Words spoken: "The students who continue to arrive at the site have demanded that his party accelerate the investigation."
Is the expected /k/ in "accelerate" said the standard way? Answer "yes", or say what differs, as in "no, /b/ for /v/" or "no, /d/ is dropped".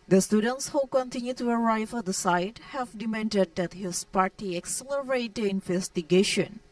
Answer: yes